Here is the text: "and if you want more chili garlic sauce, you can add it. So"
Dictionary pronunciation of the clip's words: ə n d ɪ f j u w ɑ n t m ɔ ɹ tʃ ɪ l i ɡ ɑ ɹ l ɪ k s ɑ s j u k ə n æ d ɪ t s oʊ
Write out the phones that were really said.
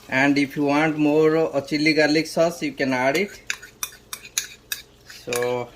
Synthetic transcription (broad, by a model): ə n d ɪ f j u w ɑ n t m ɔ ɹ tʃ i l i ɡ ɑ l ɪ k s ɑ s j u k ə n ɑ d ɪ t s oʊ